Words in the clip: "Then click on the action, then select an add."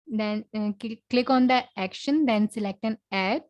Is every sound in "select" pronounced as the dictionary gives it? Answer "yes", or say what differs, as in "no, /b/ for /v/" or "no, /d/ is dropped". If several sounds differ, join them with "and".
yes